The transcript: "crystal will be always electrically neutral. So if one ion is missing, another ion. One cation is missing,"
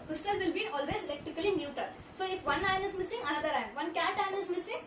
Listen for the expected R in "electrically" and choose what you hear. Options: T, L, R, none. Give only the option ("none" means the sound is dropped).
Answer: none